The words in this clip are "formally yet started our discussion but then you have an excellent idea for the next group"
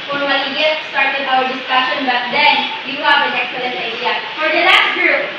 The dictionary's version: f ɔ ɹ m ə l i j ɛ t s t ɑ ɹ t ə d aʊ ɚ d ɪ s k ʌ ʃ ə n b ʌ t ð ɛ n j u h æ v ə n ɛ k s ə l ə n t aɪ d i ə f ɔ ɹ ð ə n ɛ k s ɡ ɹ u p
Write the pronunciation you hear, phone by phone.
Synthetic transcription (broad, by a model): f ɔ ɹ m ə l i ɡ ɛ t s t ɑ ɹ t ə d aʊ ɚ d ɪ s k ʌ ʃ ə n b ʌ t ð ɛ n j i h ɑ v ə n ɛ k s ə l ə n t aɪ d i ə f ɔ ɹ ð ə l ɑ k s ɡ ɹ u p